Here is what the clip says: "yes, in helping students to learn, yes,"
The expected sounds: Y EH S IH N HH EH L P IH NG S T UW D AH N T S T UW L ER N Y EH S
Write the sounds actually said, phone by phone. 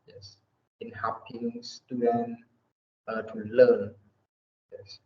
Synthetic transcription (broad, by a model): Y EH S IH N HH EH P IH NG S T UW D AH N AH T UW L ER N Y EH S